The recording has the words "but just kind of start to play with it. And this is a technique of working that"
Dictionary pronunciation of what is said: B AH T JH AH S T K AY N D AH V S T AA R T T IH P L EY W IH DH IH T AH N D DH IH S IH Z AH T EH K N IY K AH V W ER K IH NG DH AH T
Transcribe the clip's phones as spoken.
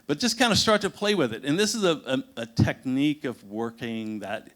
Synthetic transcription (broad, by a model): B AH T ZH AH S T K AY N D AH S T AA R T T IH P L EY W IH DH IH T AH N DH IH S IH Z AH T EH K N IY K AH V W ER K IH NG DH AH T